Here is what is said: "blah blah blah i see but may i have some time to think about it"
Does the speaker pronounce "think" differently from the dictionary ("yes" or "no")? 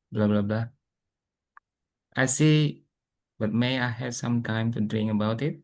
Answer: yes